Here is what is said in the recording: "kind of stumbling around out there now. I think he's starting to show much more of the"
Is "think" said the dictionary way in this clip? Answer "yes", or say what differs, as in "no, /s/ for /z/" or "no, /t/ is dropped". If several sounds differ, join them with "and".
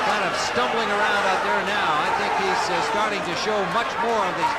yes